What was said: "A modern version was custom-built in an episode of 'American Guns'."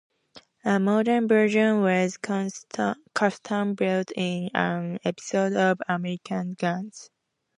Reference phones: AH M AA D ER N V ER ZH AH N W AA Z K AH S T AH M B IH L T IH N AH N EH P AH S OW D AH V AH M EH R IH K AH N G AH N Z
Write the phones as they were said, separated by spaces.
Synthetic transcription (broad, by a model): AH M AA D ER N B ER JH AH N W AA Z K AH S T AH M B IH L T IH N AH N EH P AH S OW D AH V AH M EH R IH K AH N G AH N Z